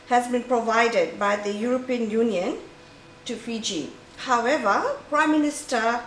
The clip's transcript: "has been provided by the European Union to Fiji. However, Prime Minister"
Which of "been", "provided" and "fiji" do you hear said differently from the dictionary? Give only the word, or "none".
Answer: none